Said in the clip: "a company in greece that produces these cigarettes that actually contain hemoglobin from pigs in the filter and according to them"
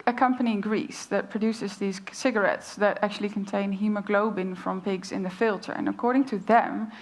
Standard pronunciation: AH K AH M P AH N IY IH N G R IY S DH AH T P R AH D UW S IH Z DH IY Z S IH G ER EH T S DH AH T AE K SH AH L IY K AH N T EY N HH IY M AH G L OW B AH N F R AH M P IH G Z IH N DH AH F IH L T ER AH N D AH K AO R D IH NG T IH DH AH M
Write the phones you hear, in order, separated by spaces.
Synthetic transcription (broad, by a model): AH K AH M P AH N IY IH N G R IY S DH AH T P R AH D UW S IH Z DH IY Z S IH G ER EH T S DH AH T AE K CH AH L IY K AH N T EY N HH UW M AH G L OW B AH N F R AH M P IH G Z IH N DH AH F IH L T ER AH N AH K AO R D IH NG T IH DH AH M